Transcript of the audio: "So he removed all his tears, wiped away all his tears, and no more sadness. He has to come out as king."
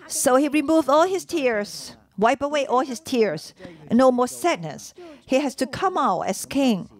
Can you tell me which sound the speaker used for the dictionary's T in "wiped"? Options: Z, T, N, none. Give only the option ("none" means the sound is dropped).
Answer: none